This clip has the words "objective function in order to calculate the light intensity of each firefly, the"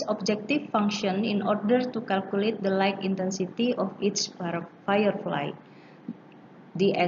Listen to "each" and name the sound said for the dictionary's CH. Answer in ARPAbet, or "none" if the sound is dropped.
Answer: S